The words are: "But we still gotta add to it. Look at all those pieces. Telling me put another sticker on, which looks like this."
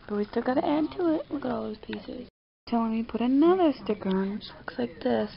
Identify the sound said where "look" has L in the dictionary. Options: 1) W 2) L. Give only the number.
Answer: 1